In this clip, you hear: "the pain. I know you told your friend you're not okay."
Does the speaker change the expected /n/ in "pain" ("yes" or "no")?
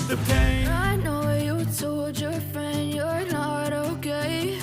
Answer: yes